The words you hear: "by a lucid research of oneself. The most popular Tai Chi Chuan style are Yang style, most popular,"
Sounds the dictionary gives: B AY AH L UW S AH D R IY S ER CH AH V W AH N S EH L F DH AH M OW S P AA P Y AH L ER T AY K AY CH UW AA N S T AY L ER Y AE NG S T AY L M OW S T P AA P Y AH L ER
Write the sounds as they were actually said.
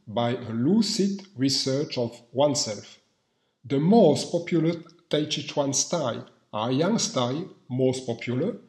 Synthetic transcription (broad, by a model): B AY AH L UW S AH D R IY S ER CH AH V W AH N S EH L F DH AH M OW S P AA P Y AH L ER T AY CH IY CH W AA N S T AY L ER Y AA NG S T AY L M OW S T P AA P Y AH L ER